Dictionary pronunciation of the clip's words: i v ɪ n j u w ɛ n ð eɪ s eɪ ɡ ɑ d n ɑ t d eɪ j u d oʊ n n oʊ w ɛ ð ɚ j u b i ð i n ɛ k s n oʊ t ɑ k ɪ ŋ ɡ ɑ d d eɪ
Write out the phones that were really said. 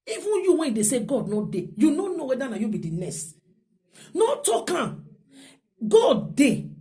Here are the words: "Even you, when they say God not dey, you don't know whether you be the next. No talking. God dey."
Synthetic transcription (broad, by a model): i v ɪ n j u w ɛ n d eɪ s eɪ ɡ ɑ d n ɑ d eɪ j u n oʊ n n oʊ w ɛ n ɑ j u b i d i n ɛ s n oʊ t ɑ k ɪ ɡ ɑ d d eɪ